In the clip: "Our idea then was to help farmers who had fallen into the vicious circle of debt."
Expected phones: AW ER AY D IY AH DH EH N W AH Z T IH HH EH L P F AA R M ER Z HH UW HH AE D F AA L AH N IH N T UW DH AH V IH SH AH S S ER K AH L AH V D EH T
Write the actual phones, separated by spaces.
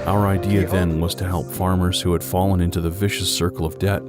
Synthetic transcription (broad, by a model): AW ER AY D IY AH DH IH N W AH Z T IH HH EH L P F AA R M ER Z HH UW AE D F AA L AH N IH N T UW DH AH V IH SH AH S S ER K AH L AH V D EH T